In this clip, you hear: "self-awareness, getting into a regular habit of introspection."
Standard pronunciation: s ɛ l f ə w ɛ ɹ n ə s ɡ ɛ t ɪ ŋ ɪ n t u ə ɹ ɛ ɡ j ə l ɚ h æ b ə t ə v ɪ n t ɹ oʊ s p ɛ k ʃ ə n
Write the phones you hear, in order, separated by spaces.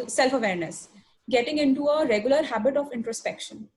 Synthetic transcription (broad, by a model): s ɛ l f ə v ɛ ɹ n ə s ɡ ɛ t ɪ ŋ ɪ n t u ə ɹ ɛ ɡ j ə l ɚ h æ b ə t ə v ɪ n t ɹ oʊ s p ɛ k ʃ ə n